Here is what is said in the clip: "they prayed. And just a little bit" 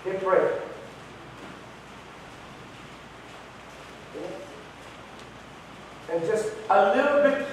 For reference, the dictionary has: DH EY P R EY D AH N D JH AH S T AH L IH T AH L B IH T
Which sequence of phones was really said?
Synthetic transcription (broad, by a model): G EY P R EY AH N JH AH S T AH L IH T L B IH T